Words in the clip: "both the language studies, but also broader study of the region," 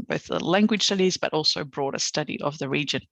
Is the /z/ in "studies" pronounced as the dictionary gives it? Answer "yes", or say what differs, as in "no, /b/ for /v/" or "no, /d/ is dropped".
yes